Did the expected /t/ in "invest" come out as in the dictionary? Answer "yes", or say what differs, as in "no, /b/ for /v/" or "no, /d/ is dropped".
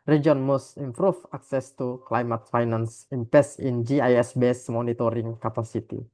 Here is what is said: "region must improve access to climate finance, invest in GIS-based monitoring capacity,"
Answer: no, /t/ is dropped